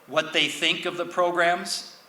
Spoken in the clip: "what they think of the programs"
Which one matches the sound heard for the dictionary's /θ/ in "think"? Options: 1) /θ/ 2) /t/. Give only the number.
1